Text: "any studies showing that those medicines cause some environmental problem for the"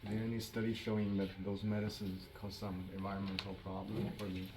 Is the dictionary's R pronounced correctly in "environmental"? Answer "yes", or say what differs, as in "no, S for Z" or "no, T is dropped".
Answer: yes